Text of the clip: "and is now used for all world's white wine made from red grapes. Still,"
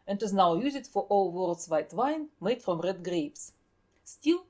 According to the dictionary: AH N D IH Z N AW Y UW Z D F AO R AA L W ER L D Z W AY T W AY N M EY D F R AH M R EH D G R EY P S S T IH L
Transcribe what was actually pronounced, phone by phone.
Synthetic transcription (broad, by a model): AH N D IH Z N AW Y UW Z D F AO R AA L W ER L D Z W AY T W AY N M EY D F R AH M R EH D G R EY P S S T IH L